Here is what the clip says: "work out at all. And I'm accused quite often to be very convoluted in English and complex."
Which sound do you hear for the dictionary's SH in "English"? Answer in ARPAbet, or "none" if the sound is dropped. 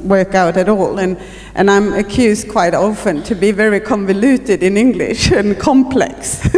SH